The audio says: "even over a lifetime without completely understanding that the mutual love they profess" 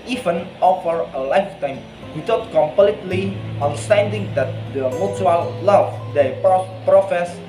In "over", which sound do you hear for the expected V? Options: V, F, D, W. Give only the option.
F